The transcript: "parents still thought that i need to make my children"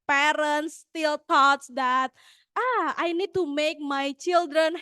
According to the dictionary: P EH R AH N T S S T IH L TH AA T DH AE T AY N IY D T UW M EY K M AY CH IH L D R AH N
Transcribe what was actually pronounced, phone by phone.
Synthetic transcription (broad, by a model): P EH R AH N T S S T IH L T AA T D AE T AY N IY D T UW M EY K M AY CH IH L D R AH N